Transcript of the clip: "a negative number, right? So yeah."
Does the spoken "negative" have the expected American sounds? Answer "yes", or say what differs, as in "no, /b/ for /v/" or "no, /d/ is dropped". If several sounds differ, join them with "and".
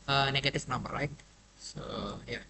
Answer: no, /f/ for /v/